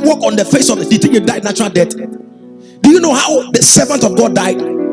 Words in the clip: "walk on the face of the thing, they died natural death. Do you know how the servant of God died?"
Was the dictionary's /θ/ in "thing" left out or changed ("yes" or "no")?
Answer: yes